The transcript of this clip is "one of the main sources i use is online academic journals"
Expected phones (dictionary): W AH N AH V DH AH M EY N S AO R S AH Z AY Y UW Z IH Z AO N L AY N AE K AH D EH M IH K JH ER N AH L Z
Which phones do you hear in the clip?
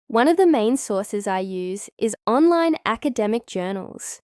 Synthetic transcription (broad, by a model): W AH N AH V DH AH M EY N S AO R S AH Z AY Y UW Z IH Z AO N L AY N AE K AH D EH M IH K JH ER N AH L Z